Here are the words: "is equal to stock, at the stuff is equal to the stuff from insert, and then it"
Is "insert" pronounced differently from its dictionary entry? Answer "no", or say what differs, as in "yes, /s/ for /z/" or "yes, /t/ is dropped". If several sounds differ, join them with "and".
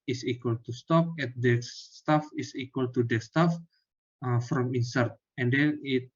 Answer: no